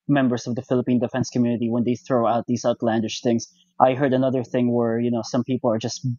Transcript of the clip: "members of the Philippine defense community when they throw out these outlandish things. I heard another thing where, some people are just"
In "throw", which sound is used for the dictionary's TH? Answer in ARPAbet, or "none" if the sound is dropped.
TH